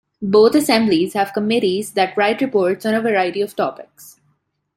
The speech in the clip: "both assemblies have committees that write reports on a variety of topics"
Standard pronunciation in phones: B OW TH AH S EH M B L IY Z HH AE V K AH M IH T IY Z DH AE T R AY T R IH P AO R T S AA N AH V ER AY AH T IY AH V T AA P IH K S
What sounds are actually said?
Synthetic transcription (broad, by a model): B OW T AH S EH M B L IY Z HH AE V K AH M IH T IY Z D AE T R AY T R IH P AO R T S AA N AH V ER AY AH T IY AH V T AA P IH K S